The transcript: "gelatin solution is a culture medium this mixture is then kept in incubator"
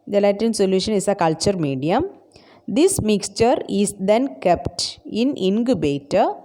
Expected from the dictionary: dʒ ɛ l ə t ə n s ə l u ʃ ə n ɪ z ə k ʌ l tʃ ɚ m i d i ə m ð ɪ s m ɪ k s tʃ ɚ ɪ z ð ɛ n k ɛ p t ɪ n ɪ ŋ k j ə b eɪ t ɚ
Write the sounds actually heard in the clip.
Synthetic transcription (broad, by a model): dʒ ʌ l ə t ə n s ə l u ʃ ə n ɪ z ə k ʌ l tʃ ɚ m i d i ə m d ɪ s m ɪ k s tʃ ɚ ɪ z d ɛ n k ɛ p t ɪ n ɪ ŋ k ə b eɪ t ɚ